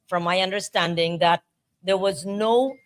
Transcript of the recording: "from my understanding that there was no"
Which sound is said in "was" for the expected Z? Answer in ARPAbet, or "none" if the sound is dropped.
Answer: Z